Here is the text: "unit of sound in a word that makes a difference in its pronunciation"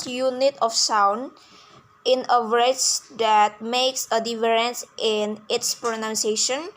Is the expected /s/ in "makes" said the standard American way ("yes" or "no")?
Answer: yes